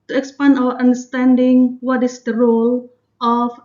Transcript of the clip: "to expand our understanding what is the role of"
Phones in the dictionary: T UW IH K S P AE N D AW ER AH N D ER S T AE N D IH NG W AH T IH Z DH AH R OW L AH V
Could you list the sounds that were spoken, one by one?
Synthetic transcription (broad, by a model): T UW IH K S P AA N AW ER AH N D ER S T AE N D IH NG W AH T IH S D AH R OW L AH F